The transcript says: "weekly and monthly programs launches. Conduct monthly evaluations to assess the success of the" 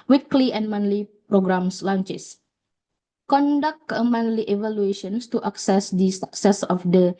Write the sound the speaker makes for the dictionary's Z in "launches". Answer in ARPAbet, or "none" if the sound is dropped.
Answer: S